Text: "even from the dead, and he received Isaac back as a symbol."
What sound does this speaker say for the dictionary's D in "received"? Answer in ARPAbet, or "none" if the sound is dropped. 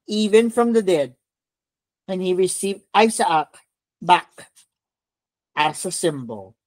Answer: D